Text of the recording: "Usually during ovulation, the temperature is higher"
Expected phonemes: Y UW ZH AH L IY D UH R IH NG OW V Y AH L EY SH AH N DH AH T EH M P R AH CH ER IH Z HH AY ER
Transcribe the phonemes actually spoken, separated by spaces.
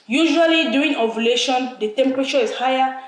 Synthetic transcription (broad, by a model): Y UW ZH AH L IY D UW IH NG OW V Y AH L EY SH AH N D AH T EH M P R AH CH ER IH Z HH AY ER